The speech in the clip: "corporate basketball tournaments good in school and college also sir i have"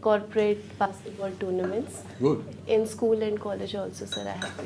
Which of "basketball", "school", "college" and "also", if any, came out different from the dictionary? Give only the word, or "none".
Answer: basketball